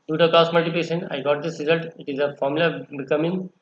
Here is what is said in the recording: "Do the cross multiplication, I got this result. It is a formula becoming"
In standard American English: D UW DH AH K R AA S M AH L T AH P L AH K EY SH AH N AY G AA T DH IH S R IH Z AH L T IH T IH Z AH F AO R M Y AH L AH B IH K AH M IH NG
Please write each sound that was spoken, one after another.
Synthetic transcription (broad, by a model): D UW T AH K AA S M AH L T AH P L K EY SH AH N AY G AA T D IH S R IH Z AH L T IH T IH Z AH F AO R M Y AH L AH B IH K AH M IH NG